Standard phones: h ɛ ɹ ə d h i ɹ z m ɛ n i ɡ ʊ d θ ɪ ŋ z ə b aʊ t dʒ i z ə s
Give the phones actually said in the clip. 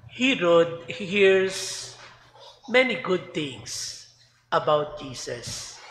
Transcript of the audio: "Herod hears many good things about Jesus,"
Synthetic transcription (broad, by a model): h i ɹ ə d h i ɹ s m ɛ n i ɡ ʊ d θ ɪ ŋ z ə b aʊ t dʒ i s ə s